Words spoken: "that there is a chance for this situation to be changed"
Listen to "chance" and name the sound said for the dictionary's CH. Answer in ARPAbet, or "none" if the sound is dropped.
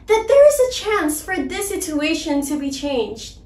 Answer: CH